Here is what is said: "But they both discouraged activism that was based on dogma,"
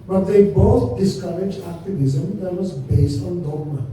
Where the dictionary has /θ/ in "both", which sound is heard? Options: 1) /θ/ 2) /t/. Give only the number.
2